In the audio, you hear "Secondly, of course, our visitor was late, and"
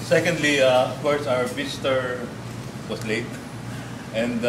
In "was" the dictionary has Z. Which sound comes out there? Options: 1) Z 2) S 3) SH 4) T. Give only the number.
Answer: 2